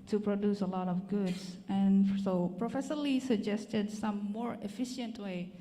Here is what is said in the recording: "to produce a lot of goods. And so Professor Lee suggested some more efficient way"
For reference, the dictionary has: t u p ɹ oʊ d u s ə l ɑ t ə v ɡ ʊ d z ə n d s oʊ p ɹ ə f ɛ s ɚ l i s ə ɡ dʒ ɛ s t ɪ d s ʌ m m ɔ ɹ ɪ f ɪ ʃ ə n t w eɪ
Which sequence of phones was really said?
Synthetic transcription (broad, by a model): t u p ɹ oʊ d u s ə l ɑ t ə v ɡ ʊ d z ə n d s oʊ p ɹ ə f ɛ ʃ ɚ l i s ə ɡ dʒ ɛ s t ɪ d s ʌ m m ɔ ɹ ɪ f ɪ ʃ ə n t w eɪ